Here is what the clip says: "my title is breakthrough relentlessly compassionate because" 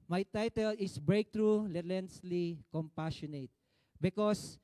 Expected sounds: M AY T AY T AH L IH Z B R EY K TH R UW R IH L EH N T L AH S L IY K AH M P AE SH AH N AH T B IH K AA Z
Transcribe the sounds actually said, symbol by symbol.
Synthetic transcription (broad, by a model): M AY T AY T AH L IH S B R EY K T R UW L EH T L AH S L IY K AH M P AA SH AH N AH T B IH K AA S